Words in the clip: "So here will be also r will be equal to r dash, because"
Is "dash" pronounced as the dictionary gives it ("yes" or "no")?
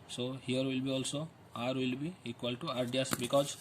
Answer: no